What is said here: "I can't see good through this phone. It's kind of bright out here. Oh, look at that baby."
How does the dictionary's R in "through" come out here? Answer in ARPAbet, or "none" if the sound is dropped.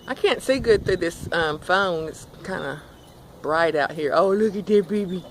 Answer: none